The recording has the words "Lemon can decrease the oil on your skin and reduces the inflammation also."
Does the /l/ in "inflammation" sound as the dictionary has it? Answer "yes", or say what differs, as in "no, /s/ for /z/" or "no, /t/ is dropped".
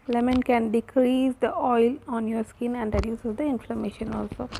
yes